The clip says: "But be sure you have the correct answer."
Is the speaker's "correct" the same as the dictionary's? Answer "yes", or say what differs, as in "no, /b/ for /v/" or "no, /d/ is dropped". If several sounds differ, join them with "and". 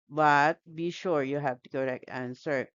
no, /t/ is dropped